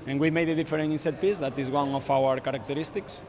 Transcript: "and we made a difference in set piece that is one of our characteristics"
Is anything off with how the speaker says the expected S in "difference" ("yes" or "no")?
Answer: yes